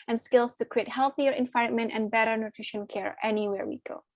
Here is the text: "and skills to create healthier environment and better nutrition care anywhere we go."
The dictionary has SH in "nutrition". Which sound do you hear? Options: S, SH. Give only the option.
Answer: SH